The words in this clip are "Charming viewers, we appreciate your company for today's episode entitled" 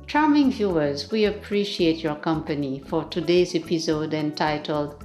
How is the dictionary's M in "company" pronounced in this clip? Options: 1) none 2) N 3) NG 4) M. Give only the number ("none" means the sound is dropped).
4